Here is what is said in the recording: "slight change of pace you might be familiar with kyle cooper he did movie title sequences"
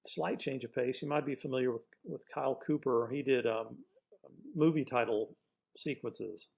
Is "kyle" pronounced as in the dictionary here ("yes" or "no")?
yes